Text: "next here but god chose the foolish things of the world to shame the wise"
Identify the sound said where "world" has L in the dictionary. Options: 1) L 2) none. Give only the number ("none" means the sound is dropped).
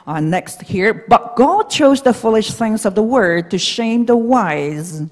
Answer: 2